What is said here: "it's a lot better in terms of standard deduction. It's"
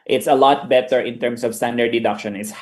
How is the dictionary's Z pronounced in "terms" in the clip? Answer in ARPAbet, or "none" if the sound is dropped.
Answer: S